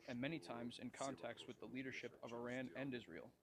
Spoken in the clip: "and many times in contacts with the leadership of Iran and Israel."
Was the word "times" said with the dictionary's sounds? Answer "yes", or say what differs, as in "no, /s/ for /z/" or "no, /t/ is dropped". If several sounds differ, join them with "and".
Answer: yes